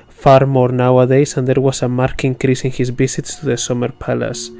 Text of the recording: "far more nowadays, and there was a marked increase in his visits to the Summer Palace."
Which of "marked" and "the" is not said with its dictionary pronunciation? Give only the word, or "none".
marked